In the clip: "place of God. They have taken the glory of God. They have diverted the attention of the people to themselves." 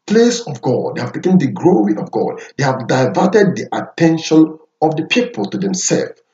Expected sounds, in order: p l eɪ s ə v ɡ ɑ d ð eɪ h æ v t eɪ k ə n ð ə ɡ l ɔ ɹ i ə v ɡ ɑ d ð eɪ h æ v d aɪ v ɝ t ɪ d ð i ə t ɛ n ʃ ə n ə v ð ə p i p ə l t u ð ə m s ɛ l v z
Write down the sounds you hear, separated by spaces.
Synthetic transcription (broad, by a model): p l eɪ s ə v ɡ ɑ d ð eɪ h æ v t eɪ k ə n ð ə ɡ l ɔ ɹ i ə v ɡ ɑ d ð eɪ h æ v d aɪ v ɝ t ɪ d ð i ə t ɛ n ʃ ə n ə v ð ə p i p ə l t u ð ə m s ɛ l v